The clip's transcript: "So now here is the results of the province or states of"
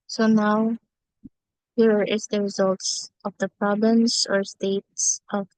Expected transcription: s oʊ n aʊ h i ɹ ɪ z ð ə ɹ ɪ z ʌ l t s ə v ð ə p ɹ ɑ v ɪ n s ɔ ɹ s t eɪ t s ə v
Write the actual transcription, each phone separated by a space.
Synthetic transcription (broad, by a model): s oʊ n aʊ h i ɹ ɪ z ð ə ɹ ɪ z ʌ l t s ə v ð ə p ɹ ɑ b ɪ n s ɔ ɹ s t eɪ t s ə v